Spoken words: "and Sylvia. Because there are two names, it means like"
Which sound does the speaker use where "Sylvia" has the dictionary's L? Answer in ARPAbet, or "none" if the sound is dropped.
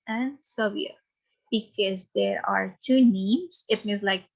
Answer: none